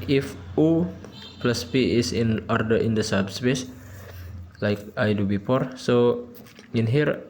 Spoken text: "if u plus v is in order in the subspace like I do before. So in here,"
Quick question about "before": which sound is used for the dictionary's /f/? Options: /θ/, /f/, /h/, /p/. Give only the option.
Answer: /p/